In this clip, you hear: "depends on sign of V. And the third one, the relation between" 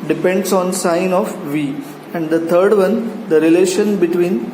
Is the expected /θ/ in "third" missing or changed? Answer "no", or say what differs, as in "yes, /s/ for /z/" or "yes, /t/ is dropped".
yes, /t/ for /θ/